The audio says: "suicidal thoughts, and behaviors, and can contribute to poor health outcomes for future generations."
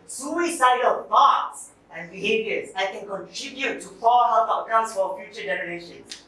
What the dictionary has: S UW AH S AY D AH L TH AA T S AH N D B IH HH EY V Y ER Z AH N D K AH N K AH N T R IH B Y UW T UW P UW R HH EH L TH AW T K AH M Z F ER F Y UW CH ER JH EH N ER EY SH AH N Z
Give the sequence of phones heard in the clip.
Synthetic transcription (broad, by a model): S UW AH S AY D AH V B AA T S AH N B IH HH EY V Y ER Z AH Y K AH N K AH N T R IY B Y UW T UW F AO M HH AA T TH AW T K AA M S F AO F Y UW CH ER JH EH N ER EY SH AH N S